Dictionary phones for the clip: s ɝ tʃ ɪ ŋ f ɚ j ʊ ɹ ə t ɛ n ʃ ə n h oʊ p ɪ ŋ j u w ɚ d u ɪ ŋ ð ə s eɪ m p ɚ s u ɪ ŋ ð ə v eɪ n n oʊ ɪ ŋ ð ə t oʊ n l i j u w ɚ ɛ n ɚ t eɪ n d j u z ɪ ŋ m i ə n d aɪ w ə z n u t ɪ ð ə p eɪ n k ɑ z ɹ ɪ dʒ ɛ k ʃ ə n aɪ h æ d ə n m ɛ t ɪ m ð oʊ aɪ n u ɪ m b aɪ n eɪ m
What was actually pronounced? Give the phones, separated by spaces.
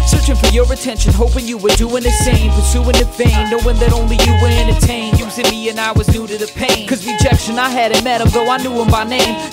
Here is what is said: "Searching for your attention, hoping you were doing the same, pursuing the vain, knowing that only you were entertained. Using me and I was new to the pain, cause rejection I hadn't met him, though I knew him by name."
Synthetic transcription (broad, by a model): s ɝ tʃ ɪ ŋ f ɚ j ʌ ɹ ə t ɛ n ʃ ə n h oʊ p ɪ ŋ j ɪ w ɚ d u ɪ ŋ ð ə s eɪ m p ɚ s u ɪ ŋ ð ə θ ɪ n n oʊ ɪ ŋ ð ə t oʊ n l i j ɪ w ɚ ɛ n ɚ t eɪ n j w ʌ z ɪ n m i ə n aɪ w ə z n u t ɪ ð ə p eɪ n k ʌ z ɹ ɪ dʒ ɛ k ʃ ə n aɪ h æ d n m ɛ t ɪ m ð oʊ aɪ n u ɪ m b aɪ n eɪ m